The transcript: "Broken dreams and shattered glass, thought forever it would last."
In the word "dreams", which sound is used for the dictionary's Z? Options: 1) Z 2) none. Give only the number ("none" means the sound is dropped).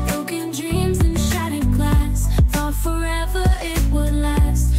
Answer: 1